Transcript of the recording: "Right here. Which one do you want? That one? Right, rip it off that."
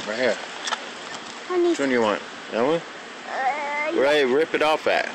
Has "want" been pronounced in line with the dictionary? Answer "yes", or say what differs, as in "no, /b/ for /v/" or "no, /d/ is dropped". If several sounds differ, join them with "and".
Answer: yes